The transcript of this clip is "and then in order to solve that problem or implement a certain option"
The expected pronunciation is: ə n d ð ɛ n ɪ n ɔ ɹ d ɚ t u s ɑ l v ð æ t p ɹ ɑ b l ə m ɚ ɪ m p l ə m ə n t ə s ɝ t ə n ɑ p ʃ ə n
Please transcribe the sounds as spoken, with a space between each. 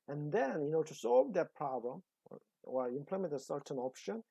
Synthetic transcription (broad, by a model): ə n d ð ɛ n ɪ n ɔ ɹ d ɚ t u s ɑ l v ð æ t p ɹ ɑ b l ə m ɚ ɪ m p l ə m ə n t ə s ɝ t ə n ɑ p ʃ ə n